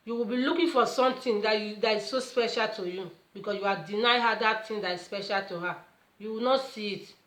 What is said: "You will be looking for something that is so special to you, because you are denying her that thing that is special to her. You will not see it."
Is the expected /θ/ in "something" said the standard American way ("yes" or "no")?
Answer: no